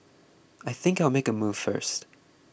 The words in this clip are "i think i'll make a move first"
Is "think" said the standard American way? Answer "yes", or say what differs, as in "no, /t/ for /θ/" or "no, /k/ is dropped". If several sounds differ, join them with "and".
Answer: yes